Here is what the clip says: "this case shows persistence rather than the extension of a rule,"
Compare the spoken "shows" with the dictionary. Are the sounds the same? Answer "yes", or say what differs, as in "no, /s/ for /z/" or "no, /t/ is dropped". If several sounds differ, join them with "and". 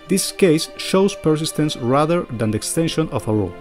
no, /s/ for /z/